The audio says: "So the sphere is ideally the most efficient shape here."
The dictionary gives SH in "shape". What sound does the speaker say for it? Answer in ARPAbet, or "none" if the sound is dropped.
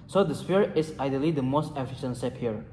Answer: S